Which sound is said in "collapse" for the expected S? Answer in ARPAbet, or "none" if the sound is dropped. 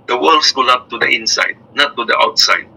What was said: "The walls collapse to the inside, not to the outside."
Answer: none